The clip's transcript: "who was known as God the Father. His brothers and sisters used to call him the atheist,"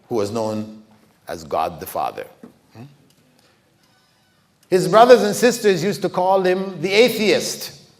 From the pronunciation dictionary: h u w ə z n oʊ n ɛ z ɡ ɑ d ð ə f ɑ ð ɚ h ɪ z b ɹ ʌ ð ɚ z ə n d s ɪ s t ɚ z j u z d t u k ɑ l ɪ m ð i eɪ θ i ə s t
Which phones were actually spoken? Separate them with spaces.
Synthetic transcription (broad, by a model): h u w ə z n oʊ n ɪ z ɡ ɑ d ð ə f ɑ ð ɚ h ɪ z b ɹ ʌ ð ɚ z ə n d s ɪ s t ɚ z j u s t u k ɑ l ɪ m ð i eɪ θ i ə s t